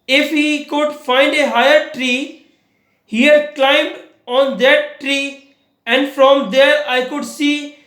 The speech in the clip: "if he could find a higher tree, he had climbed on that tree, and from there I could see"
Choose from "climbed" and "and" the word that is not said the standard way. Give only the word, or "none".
none